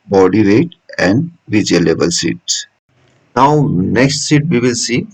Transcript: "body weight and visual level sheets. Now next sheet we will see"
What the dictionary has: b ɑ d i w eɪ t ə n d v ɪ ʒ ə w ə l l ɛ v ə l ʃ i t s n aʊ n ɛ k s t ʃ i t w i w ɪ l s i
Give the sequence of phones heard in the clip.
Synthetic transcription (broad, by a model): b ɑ d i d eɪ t ə n d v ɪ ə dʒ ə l l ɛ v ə l s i t s n aʊ n ɛ k s t s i t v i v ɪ l s i